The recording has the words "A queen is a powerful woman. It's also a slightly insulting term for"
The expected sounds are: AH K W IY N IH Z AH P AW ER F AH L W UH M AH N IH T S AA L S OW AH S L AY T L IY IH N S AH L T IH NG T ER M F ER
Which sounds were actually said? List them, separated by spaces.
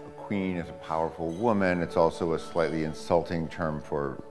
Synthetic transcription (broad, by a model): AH K W IY N IH Z AH P AW ER F L W UH M AH N IH T S AA L S OW AH S L AY T L IY IH N S AH L T IH NG T ER M F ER